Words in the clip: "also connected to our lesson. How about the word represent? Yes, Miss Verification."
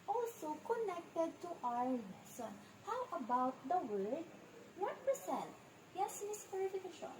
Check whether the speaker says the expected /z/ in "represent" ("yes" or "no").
no